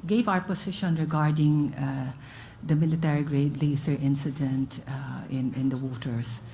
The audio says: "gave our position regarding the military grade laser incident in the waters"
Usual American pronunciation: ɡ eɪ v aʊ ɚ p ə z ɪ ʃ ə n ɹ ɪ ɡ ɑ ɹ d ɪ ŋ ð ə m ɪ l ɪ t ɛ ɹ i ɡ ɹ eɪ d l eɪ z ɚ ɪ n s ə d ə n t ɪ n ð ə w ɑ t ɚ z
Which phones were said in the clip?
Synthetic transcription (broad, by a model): ɡ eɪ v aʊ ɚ p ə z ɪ ʃ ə n ɹ ɪ ɡ ɑ ɹ d ɪ ŋ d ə m ɪ l ɪ t ɛ ɹ i ɡ ɹ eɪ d l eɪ s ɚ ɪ n s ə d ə n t ɪ n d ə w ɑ t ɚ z